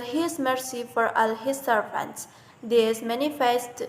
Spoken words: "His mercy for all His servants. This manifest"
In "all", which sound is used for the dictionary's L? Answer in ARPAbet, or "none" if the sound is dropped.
L